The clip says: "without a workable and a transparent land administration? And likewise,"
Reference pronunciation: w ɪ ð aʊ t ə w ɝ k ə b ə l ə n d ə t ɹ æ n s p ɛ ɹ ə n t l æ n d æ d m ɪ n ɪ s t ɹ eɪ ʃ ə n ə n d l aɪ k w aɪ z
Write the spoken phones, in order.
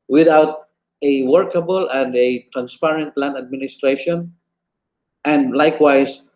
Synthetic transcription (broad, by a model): w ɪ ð aʊ t ə w ɝ k ə b ə l ə n d ə t ɹ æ n s p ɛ ɹ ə n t l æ n æ d m ɪ n ɪ s t ɹ eɪ ʃ ə n ə n d l aɪ k w aɪ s